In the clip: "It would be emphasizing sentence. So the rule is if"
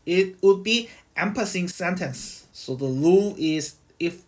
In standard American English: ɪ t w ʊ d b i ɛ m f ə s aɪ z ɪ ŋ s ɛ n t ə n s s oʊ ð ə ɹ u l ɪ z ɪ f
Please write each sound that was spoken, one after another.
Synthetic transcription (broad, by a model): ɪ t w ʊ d b i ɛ m p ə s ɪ ŋ s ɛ n t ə n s s oʊ ð ə l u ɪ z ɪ f